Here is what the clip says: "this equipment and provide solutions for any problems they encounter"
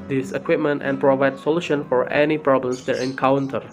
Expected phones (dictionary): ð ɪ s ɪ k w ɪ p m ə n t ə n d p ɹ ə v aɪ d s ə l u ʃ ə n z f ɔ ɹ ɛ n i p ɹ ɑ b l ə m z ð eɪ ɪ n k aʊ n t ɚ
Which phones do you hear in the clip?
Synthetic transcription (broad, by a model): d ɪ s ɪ k w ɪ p m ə n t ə n p ɹ ə v aɪ d s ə l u ʃ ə n f ɔ ɹ ɛ n i p ɹ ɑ b l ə m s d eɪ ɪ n k aʊ n t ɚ